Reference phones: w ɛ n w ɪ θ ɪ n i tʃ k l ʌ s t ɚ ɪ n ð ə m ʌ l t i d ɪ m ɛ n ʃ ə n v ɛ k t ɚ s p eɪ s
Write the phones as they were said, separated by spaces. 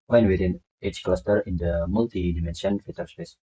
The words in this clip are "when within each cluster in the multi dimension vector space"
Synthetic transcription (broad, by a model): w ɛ n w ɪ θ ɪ n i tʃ k l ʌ s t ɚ ɪ n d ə m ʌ l t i d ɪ m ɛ n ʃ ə n f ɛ t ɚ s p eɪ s